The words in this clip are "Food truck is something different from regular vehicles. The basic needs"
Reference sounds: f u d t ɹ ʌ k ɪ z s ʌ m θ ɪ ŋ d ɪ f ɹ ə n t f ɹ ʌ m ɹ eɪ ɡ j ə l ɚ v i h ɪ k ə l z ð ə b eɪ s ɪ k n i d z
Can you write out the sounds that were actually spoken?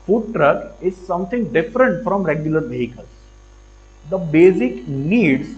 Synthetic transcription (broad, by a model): f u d t ɹ ʌ k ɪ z s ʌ m t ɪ ŋ d ɪ f ɹ ə n t f ɹ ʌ m ɹ eɪ ɡ j ə l ɚ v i h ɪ k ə l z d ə b eɪ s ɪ k n i d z